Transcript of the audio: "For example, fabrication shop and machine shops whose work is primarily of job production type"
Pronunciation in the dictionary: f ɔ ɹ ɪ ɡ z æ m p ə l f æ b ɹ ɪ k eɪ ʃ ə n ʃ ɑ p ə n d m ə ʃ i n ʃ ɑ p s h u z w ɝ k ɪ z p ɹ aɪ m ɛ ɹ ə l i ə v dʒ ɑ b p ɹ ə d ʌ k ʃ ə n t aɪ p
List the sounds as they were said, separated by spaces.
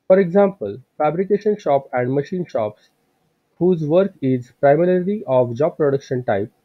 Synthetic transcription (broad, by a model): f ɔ ɹ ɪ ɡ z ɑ m p ə l f æ b ɹ ɪ k eɪ ʃ ə n ʃ ɑ p ə n d m ə ʃ i n ʃ ɑ p s h u z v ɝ k ɪ z p ɹ aɪ m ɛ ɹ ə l i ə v dʒ ɑ b p ɹ ə d ʌ k ʃ ə n t aɪ p